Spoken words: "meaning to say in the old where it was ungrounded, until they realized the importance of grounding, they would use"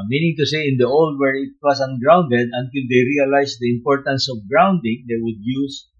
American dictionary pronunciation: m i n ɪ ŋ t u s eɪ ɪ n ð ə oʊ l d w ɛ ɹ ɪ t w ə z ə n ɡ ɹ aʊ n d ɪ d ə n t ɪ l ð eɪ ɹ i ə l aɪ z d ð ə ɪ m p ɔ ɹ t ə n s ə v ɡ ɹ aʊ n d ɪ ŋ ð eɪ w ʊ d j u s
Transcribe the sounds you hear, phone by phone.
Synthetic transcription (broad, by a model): m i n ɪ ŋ t u s eɪ ɪ n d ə oʊ l d w ɛ ɹ ɪ t w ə s ə n ɡ ɹ aʊ n d ɪ d ə n t ɪ l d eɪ ɹ i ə l aɪ s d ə ɪ m p ɔ ɹ t ə n s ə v ɡ ɹ aʊ n d ɪ ŋ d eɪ w ʊ d j u s